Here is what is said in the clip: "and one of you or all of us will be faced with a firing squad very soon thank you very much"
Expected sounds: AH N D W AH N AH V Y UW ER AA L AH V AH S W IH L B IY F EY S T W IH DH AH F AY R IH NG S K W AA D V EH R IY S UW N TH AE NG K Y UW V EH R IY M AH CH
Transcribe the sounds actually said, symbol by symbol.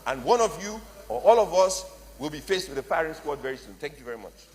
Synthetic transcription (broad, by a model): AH N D W AH N AH V Y UW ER AA L AH V AH S W IH L B IY F EY S T W IH DH AH P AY R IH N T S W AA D V EH R IY S UW N TH AE NG K Y UW V EH R IY M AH CH